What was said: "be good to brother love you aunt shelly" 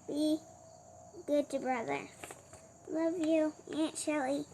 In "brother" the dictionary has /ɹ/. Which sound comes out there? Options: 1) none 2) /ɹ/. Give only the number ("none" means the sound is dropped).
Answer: 2